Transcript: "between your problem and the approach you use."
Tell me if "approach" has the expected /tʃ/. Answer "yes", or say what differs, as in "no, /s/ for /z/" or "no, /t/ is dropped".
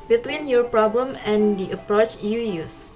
yes